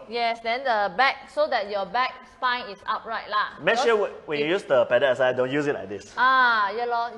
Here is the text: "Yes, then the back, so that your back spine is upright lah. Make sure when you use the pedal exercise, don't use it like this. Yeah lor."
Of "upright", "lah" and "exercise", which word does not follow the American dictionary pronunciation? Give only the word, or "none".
exercise